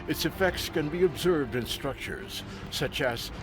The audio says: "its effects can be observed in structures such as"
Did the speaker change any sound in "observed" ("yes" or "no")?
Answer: no